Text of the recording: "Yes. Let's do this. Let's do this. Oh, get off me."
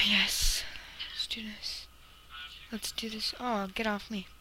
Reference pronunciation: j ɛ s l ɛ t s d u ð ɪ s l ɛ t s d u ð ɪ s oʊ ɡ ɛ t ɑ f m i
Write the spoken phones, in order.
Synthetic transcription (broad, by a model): j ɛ s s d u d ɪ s l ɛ t s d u ð ɪ s oʊ ɡ ɛ t ɑ f m i